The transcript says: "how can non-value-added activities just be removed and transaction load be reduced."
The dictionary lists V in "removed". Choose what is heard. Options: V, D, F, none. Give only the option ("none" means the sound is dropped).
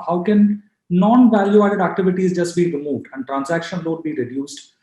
V